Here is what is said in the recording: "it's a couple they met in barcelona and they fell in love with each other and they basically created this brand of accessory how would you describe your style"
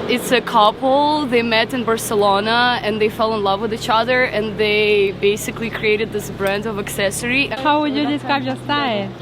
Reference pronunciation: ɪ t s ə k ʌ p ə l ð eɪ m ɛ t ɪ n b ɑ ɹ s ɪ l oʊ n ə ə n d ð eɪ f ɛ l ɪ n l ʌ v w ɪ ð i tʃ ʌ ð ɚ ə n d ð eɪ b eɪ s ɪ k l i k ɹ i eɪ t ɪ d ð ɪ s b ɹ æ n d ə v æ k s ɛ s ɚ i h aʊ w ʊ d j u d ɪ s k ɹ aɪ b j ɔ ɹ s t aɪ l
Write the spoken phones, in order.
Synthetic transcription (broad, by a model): ɪ t s ə k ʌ p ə l ð eɪ m ɛ t ɪ n b ɑ ɹ s ɪ l oʊ n ə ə n ð eɪ f ɛ l ɪ n l ʌ v w ɪ ð i tʃ ʌ ð ɚ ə n ð eɪ b eɪ s ɪ k l i k ɹ i eɪ t ɪ d ð ɪ s b ɹ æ n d ə v æ k s ɛ s ɚ i h aʊ w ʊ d j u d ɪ s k ɹ aɪ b j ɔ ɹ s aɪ